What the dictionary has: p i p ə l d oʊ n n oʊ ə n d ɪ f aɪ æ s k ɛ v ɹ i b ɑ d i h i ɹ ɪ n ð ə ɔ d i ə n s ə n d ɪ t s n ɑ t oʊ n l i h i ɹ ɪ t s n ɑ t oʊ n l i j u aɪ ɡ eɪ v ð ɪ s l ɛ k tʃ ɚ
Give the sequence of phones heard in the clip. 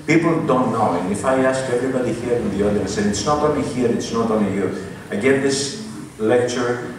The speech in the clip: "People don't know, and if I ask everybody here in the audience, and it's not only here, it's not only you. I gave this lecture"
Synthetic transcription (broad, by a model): p i p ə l d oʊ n n oʊ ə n ɪ f aɪ æ s k ɛ v ɹ i b ɑ d i h i ɹ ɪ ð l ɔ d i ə s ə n ɪ t s n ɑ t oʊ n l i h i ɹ ɪ t s n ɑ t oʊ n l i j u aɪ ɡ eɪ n ð ɪ s l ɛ k tʃ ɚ